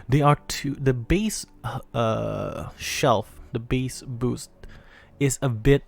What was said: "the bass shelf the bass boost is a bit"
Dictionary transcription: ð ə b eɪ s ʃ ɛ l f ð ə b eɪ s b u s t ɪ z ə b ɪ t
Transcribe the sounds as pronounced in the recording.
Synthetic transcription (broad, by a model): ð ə b eɪ s ʃ ɛ l f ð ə b eɪ s b u s t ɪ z ə b ɪ t